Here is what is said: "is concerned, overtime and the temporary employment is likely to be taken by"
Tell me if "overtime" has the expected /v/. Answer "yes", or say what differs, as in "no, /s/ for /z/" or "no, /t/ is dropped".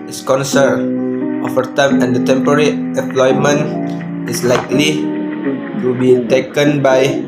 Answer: no, /f/ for /v/